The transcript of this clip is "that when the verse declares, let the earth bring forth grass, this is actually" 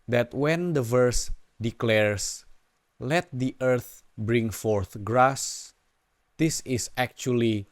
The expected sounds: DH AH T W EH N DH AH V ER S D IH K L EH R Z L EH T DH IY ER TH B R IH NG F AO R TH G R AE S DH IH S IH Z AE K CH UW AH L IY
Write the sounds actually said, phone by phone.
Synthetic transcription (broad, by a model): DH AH T W EH N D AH V ER S D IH K L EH R S L EH T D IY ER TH B R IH NG F AO R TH G R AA S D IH S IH S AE K CH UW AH L IY